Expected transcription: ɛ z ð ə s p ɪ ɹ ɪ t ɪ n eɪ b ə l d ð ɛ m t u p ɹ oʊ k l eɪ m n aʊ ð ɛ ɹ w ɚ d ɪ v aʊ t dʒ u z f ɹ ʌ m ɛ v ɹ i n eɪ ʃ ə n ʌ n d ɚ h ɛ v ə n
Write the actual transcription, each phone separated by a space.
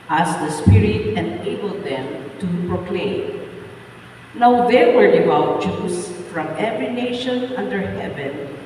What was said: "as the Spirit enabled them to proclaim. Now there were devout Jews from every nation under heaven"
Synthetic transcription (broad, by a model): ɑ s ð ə s p ɪ ɹ ɪ t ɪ n eɪ b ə l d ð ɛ m t u p ɹ oʊ k l eɪ m n aʊ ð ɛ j w ɚ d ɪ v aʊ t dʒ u s f ɹ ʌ m ɛ v ɹ i n eɪ ʃ ə n ʌ n d ɚ h ɛ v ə n